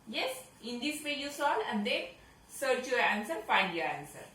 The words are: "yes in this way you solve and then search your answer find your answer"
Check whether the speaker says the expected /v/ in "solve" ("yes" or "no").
no